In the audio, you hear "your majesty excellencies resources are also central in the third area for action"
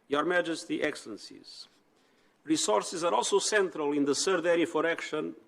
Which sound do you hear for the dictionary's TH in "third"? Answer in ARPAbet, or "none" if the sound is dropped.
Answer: S